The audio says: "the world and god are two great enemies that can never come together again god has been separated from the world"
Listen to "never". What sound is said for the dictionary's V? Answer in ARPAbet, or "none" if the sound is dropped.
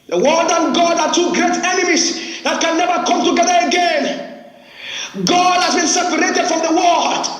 V